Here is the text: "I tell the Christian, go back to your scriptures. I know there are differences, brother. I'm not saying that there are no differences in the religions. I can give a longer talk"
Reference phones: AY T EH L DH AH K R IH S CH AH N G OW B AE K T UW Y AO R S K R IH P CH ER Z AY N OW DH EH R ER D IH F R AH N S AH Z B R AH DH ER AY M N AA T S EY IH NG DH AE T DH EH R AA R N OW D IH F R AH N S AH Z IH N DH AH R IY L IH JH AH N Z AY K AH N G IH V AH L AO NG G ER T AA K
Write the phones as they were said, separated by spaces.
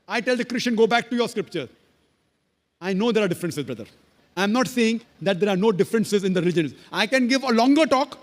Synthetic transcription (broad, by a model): AY T EH L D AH K R IH S CH AH N G OW B AE K T UW Y AO R S K R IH P CH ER AY N OW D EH R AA D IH F R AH N S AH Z B R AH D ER AY M N AA T S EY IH NG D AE T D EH R AA R N OW D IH F R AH N S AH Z IH N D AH R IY L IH JH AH N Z AY K AH N G IH V AH L AO NG G ER T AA K